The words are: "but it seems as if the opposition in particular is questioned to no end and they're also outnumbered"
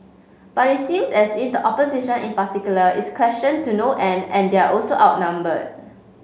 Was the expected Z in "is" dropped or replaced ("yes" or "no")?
yes